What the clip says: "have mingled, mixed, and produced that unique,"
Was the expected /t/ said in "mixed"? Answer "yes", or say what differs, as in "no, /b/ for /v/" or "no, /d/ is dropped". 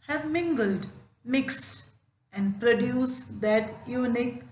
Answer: yes